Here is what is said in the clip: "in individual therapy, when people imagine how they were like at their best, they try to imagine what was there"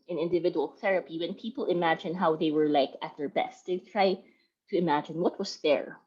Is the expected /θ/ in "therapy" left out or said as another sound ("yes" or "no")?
no